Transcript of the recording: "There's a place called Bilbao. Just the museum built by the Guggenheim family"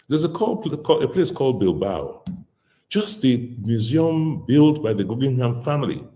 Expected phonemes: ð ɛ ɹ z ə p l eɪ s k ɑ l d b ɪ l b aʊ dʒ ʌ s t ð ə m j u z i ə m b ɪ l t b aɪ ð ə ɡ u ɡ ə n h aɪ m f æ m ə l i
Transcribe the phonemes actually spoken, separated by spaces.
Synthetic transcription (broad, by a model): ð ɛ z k ə p l eɪ s k ɑ l d b ɪ l b aʊ dʒ ʌ s t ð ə m j u z i ə m b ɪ l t b aɪ ð ə ɡ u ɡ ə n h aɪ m f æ m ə l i